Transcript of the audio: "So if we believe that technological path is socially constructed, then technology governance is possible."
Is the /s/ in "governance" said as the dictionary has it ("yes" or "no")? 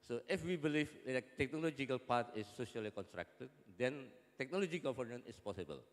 no